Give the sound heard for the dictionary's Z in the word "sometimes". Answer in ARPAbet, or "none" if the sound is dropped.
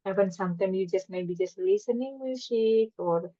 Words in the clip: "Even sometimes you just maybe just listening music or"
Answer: none